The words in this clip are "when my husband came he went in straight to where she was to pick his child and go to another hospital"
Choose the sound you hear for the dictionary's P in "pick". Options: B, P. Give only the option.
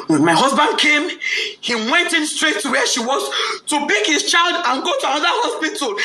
B